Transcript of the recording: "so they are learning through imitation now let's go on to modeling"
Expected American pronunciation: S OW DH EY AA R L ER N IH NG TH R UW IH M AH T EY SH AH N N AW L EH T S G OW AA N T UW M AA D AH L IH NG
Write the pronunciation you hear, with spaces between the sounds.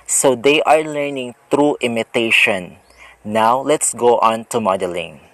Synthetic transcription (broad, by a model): S OW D EY AA R L ER N IH NG T R UW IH M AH T EY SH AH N N AW L EH T S G OW AA N T UW M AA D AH L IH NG